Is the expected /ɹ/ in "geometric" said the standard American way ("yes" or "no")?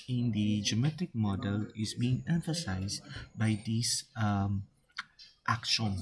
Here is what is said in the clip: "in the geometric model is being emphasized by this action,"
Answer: no